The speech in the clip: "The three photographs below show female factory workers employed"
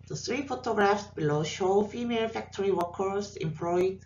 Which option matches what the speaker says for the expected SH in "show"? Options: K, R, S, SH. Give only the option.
SH